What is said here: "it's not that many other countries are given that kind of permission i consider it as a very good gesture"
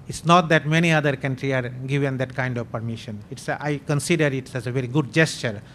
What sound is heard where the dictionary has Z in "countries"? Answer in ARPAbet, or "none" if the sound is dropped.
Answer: none